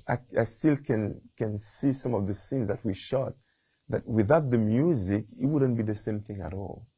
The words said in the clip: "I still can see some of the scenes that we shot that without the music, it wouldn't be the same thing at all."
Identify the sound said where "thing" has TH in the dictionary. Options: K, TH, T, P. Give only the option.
TH